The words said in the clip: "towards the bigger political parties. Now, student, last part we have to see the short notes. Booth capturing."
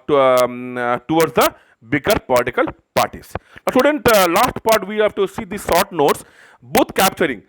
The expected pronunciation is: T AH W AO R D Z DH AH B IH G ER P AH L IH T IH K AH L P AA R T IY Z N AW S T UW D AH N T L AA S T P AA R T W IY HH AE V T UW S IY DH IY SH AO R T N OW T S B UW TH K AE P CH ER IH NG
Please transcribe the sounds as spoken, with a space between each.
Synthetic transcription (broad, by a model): T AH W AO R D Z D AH B IH G ER P AH L IH T IH K AH L P AA R T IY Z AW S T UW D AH N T L AA S T P AA R T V IY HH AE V T UW S IY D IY S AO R T N OW T S B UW T K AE P CH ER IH NG